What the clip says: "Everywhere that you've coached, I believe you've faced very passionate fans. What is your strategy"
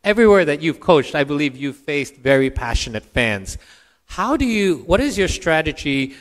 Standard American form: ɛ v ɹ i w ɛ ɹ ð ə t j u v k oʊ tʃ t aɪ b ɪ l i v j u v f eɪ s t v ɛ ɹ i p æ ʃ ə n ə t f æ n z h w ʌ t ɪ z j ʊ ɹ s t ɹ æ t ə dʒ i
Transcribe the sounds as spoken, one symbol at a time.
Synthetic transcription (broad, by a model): ɛ v ɹ i w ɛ ɹ ð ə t j u v k oʊ tʃ t aɪ b ɪ l i v j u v f eɪ s t v ɛ ɹ i p æ ʃ ə n ə t f æ n z h w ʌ t ɪ z j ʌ ɹ s t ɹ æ t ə dʒ i